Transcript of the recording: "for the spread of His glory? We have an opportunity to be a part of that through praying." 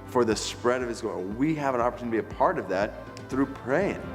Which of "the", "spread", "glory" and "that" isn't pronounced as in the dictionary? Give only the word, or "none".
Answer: glory